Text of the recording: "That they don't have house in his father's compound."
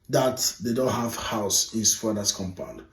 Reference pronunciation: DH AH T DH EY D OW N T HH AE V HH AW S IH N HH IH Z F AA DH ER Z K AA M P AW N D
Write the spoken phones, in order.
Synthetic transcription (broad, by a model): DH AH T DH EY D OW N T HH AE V HH AW S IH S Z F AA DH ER S K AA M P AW N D